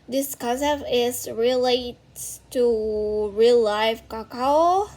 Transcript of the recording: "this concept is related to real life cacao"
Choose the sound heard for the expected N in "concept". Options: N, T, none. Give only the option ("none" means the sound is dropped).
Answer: none